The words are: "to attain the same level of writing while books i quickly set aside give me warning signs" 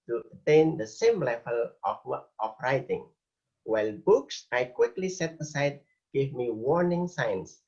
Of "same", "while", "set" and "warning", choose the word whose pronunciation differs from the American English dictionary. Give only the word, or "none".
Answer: none